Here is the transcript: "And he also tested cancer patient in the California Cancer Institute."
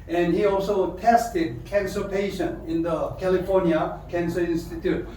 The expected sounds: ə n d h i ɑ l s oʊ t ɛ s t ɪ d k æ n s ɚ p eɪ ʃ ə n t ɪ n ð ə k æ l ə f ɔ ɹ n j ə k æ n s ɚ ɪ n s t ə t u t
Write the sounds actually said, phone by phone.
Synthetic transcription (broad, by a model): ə n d h i ɑ l s oʊ t ɛ s t ɪ d k æ n s ɚ p eɪ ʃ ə n ɪ n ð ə k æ l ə f ɔ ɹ n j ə k æ n s ɚ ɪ n s t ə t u t